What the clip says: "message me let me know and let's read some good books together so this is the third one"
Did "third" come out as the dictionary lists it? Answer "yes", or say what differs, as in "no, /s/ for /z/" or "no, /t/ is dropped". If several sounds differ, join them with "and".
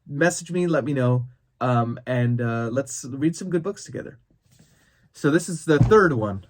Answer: yes